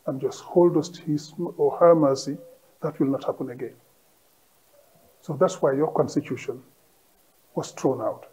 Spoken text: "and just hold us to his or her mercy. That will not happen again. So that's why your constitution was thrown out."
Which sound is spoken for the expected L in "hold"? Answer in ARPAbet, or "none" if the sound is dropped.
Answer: L